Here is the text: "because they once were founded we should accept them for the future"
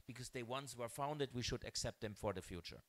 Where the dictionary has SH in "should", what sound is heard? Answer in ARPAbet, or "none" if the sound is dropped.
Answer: SH